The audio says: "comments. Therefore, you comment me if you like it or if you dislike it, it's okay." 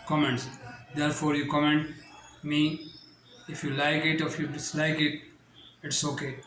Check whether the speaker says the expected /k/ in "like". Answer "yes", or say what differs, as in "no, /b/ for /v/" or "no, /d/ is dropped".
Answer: yes